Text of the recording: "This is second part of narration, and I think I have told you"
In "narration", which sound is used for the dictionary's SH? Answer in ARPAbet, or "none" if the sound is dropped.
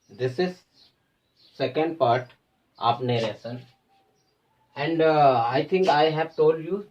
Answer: S